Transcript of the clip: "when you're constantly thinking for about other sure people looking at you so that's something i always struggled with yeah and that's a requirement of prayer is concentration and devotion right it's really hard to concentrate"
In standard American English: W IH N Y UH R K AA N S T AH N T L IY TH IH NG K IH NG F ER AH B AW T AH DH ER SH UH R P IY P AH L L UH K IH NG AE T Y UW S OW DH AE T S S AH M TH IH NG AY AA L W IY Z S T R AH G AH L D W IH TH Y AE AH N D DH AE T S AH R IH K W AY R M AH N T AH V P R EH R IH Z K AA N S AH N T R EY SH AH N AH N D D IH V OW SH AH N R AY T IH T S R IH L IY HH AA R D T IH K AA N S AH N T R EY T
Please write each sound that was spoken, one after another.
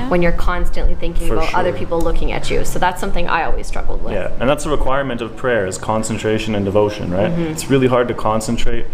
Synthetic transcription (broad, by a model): W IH N Y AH R K AA N S T AH N T L IY TH IH NG K IH NG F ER AH B AW T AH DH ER R P IY P L L UH K IH NG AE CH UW S OW DH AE T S S AH M TH IH NG AY AA L W IY Z S T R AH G L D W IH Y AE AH N DH AE T S AH R IH K W AY R M AH N T AH V P R EH R IH Z K AA N S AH N T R EY SH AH N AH N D D IH V OW SH AH N R AY T IH T S R IH L IY HH AA R D T IH K AA N S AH N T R EY T